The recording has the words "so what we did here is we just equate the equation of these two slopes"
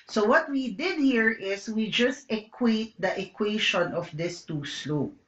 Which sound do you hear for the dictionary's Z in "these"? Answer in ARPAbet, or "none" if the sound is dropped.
S